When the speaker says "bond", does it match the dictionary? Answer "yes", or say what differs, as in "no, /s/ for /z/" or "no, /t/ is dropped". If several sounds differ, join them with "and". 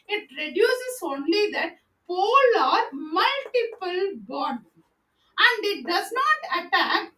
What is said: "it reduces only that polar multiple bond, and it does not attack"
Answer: no, /n/ is dropped